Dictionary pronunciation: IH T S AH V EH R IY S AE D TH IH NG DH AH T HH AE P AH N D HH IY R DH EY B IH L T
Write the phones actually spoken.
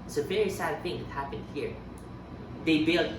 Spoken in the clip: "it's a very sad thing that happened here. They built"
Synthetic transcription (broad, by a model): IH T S AH V EH R IY S AE D TH IH NG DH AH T HH AE P AH N D HH IY R DH EY B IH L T